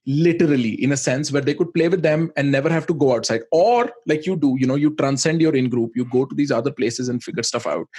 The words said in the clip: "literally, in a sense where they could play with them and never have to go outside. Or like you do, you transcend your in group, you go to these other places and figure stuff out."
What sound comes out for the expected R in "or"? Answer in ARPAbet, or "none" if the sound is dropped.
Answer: R